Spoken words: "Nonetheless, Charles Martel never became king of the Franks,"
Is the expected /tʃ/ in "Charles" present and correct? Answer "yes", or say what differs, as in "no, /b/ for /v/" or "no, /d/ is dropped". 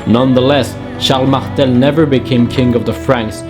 no, /ʃ/ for /tʃ/